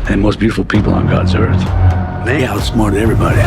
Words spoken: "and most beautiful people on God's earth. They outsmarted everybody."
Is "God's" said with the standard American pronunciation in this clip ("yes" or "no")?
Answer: yes